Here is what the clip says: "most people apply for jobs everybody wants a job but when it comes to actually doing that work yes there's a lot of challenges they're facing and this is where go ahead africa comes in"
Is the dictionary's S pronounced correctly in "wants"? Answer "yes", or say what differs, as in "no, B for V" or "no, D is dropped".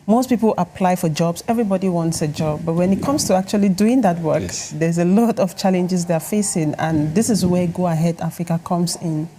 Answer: yes